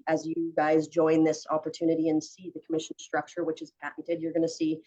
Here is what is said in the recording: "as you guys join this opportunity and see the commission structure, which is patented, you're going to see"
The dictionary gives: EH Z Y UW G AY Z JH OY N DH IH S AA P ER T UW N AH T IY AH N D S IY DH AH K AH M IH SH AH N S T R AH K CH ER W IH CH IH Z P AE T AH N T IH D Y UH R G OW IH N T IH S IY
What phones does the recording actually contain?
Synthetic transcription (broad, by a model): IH Z Y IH G AY Z JH OY N DH IH S AA P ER T UW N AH T IY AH N S IY DH AH K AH M IH SH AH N S T R AH K CH ER W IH CH IH Z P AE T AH T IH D Y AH R G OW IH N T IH S IY